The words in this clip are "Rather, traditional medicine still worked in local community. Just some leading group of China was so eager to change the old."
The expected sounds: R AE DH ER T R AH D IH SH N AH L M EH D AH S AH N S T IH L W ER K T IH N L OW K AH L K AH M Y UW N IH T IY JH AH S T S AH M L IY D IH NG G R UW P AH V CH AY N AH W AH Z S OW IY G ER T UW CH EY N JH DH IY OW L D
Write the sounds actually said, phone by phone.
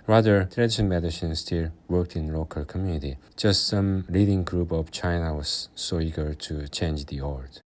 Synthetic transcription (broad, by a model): R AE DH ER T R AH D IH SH AH N M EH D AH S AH N S T IH L W ER K T IH N L OW K AH L K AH M Y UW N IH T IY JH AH S T S AH M L IY D IH NG G R UW P AH V CH AY N AH W AH Z S OW IY G ER T UW CH EY N JH DH IY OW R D